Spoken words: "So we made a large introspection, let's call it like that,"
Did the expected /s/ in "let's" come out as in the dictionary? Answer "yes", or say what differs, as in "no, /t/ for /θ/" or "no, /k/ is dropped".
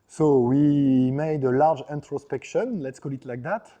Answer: yes